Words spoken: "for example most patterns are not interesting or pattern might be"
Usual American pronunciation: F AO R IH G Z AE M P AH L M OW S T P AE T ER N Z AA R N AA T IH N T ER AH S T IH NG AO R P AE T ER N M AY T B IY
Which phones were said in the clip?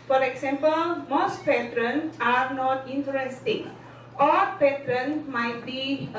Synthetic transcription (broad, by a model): F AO R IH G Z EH M P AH L M OW S T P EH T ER N AA R N AA T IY N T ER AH S T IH NG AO L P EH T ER N M AY T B IY